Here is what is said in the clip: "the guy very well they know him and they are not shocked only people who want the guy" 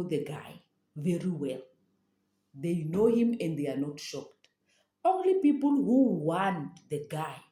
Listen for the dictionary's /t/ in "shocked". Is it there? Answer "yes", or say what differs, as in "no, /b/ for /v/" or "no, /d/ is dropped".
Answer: yes